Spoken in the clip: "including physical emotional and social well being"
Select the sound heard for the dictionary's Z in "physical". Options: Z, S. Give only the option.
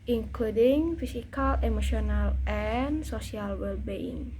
S